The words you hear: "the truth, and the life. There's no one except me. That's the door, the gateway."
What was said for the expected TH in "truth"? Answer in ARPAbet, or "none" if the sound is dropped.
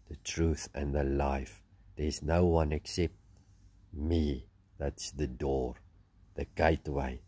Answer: TH